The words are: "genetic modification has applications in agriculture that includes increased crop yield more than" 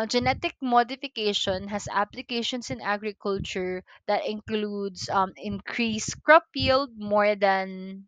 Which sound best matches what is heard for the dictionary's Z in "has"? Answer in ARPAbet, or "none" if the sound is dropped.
S